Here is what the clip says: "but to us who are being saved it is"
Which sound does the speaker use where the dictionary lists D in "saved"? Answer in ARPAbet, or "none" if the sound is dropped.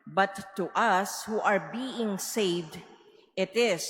D